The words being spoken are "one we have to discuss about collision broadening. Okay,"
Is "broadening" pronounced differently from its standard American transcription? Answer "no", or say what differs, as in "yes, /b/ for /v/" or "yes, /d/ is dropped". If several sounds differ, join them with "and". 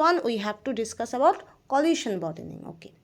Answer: yes, /ɹ/ is dropped